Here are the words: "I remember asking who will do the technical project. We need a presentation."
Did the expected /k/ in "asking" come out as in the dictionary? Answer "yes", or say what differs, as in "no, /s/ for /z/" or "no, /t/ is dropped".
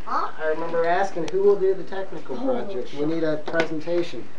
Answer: yes